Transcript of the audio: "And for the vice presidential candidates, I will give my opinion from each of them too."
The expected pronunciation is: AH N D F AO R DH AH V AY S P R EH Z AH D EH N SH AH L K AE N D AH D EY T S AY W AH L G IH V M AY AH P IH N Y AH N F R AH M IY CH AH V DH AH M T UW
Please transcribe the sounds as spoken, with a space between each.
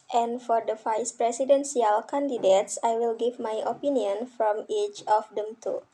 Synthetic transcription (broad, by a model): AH N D F AO R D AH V AY S P R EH S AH D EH N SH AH L K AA N D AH D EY T S AY W AH L G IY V M AY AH P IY N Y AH N F R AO M IY CH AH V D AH M T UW